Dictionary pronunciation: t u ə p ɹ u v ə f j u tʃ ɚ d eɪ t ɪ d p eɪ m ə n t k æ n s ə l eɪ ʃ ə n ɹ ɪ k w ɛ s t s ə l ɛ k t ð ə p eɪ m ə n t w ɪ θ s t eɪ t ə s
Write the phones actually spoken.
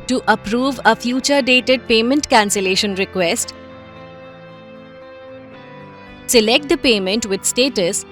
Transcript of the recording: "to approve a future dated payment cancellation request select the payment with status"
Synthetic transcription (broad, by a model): t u ə p ɹ u v ə f j u tʃ ɚ d eɪ t ɪ d p eɪ m ə n t k æ n s ə l eɪ ʃ ə n ɹ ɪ k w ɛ s t s ə l ɛ k t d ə p eɪ m ə n t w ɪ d s t eɪ t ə s